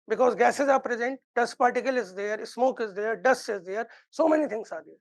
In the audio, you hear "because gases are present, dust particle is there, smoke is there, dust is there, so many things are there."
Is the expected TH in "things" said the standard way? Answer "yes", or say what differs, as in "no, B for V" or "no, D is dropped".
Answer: no, T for TH